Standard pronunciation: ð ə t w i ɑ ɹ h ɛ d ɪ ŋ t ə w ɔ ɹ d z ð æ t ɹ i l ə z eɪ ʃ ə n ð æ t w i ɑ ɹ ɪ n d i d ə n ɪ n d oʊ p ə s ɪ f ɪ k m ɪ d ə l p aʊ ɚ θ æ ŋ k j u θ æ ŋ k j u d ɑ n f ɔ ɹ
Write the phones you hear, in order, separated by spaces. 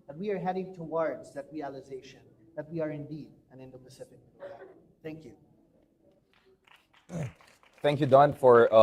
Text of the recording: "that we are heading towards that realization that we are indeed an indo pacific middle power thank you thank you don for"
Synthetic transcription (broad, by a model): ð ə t w i ɑ ɹ h ɛ d ɪ ŋ t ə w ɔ ɹ d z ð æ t ɹ i l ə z eɪ ʃ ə n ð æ t w i ɑ ɹ ɪ n d i d ə n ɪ n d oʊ p ə s ɪ f ɪ k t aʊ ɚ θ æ ŋ k j u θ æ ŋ k j u d ɑ n f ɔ ɹ